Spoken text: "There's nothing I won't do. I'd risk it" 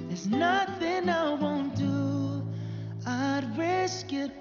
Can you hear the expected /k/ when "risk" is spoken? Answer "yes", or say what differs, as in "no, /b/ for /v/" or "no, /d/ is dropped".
yes